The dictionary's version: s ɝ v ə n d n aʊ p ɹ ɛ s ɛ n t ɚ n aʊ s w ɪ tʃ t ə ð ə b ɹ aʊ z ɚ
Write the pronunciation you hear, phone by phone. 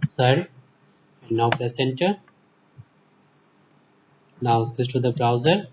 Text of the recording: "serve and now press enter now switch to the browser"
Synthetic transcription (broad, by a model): s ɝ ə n n aʊ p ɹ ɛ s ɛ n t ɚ n aʊ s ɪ s t ə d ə b ɹ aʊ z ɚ